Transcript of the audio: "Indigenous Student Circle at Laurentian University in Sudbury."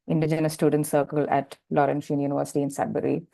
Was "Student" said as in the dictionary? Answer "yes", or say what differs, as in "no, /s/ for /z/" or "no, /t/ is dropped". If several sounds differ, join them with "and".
yes